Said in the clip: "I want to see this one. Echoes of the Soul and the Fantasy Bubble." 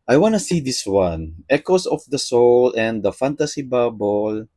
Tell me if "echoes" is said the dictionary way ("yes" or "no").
no